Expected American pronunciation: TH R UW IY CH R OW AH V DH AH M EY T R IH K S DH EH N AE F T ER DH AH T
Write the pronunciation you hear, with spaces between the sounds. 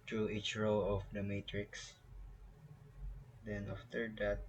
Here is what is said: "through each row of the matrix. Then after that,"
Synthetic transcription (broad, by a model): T R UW IY CH R OW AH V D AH M EY T R IH K S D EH N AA F T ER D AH T